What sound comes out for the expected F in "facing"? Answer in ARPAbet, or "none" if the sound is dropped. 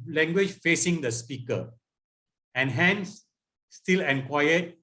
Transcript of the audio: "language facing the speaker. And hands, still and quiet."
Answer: F